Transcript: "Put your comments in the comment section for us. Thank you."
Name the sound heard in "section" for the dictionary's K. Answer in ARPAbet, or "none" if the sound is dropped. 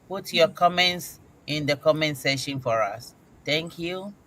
none